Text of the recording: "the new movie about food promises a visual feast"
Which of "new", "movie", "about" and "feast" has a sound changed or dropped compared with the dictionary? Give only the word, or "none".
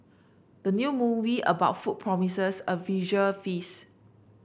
feast